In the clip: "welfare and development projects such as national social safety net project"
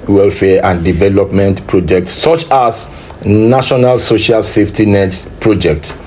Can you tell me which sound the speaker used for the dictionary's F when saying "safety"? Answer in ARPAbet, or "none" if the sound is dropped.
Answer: F